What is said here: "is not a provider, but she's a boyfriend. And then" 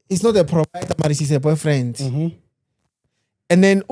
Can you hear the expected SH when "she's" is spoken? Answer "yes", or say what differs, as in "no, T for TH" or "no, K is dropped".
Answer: no, S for SH